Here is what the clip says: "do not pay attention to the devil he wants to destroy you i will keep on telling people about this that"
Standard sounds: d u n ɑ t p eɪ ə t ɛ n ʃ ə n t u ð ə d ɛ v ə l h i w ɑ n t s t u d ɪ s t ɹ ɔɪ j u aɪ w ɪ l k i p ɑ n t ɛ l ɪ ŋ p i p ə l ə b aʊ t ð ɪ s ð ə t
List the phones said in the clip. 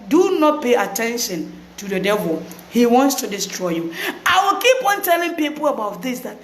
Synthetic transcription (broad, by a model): d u n ɑ t p eɪ ə t ɛ n ʃ ə n t u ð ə d ɛ v ə l h i w ɑ n t s t u d ɪ s t ɹ ɔɪ j u aɪ w ɪ l k i p ɑ n t ɛ l ɪ ŋ p i p ə l ə b aʊ t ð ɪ s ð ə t